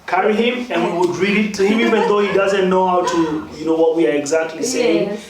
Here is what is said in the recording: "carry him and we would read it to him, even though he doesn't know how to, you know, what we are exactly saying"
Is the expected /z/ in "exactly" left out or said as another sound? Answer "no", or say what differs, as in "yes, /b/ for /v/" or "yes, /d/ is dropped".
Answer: no